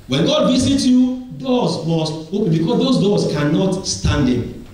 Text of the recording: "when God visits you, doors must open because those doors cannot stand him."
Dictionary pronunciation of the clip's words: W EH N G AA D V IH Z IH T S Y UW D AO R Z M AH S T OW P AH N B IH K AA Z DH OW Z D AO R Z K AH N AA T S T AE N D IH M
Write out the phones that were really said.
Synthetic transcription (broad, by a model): W EH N G AA D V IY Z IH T Y UW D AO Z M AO S T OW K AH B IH K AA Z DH OW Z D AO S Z K AH N AA T S T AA N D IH